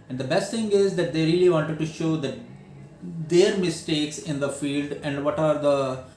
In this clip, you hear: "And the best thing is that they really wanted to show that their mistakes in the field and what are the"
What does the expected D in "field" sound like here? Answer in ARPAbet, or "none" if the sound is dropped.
D